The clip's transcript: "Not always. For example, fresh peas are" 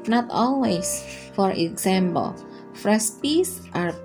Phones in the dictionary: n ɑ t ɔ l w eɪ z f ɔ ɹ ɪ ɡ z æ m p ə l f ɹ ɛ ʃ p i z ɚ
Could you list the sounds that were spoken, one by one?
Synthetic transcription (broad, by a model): n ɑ t ɔ l w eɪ s f ɔ ɹ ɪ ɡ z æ m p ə l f ɹ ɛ s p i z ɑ